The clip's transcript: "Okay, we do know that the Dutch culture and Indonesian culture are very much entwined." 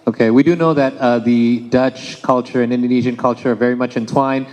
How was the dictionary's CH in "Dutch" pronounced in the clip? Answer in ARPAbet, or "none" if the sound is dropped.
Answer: CH